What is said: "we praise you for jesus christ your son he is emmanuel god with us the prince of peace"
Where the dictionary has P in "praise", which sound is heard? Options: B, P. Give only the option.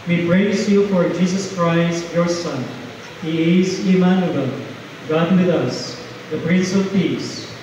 B